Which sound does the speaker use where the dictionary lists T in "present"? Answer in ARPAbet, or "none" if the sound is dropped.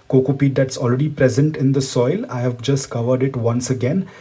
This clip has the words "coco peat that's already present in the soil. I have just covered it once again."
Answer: T